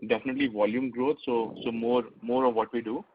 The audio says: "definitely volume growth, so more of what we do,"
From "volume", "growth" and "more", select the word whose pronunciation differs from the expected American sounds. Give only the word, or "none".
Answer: growth